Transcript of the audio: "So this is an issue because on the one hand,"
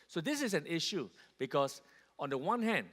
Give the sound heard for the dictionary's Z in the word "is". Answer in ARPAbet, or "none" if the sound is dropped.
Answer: S